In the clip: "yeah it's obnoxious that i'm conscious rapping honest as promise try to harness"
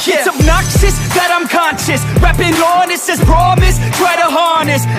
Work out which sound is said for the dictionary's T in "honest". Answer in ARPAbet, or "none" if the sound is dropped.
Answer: none